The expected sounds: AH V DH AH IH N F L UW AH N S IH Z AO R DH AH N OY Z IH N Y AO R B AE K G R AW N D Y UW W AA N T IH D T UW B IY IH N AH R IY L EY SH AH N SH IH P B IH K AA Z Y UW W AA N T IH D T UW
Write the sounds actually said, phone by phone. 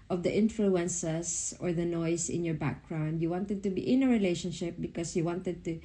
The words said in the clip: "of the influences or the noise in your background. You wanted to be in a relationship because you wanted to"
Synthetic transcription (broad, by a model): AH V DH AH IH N F L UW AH N S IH S AO R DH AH N OY S IH N Y AO R B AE K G R AW N D Y UW W AA N T IH D T UW B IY IH N AH R IY L EY SH AH N SH IH P B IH K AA S Y UW W AA N T IH D T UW